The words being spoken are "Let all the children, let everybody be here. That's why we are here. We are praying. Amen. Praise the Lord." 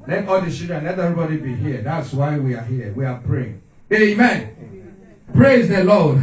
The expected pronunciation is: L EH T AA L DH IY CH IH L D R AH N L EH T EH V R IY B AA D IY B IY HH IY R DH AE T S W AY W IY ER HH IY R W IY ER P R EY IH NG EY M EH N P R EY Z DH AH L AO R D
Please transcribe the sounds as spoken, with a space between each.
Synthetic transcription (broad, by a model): L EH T AA L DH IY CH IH D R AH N L EH T EH V R IY B AA D IY B IY HH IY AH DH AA T S W AY W IY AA HH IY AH W IY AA P R EY IH NG EY M EH N P R EY Z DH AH L AO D